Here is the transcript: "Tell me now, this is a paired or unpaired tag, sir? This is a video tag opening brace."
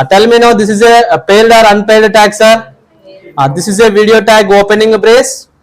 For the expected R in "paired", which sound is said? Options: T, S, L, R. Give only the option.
L